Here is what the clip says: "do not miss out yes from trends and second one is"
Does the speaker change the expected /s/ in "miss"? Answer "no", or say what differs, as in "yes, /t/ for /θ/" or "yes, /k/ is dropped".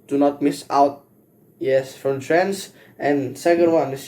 no